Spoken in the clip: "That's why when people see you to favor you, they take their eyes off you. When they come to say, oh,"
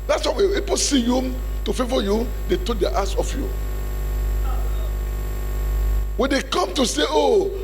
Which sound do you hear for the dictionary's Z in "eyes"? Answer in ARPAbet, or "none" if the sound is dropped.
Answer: S